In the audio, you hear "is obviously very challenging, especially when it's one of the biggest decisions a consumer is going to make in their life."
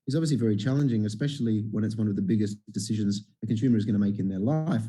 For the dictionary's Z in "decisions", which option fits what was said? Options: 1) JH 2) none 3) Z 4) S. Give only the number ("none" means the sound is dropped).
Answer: 3